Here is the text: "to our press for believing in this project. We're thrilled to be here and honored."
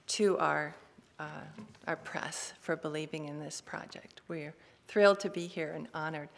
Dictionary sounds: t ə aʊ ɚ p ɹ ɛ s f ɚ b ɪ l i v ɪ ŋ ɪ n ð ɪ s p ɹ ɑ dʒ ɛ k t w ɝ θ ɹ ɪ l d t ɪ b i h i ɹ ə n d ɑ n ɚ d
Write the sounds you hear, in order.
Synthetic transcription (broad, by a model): t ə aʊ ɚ p ɹ ɛ s f ɚ b ɪ l i v ɪ ŋ ɪ n ð ɪ s p ɹ ɑ dʒ ɛ k t w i θ ɹ ɪ l d t ɪ b i h i ɹ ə n ɑ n ɚ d